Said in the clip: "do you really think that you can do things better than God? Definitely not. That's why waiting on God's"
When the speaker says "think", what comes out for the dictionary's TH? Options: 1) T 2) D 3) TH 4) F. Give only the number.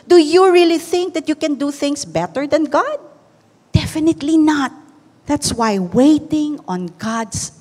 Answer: 3